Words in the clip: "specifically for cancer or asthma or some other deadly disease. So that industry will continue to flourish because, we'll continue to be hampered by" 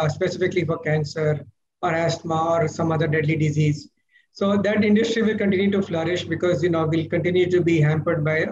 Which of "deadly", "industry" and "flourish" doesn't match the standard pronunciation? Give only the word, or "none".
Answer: none